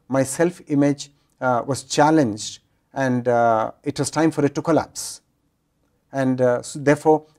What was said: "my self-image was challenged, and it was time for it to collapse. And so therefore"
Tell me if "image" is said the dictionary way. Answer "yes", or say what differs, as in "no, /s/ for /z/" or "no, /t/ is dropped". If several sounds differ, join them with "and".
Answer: yes